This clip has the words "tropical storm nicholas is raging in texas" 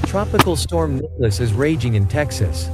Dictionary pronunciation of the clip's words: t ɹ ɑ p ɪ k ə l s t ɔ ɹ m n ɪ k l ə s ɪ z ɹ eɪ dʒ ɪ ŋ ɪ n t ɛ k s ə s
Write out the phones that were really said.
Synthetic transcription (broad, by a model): t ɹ ɑ p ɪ k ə l s t ɔ ɹ m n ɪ l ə s ɪ z ɹ eɪ dʒ ɪ ŋ ɪ n t ɛ k s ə s